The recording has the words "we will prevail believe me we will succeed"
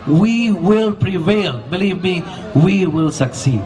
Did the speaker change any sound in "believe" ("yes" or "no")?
no